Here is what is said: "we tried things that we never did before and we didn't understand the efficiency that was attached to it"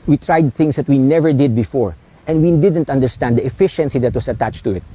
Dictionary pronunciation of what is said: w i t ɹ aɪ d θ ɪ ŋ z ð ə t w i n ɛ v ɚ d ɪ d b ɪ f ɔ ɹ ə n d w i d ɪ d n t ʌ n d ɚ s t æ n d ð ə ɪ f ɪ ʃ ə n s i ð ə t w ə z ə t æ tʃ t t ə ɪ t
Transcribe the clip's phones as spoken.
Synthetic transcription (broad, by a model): w i t ɹ aɪ d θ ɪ ŋ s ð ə t w i n ɛ v ɚ d ɪ d b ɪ f ɔ ɹ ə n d w i d ɪ d n t ʌ n d ɚ s t æ n d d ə ɪ f ɪ ʃ ə n s i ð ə t w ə s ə t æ tʃ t t ə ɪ t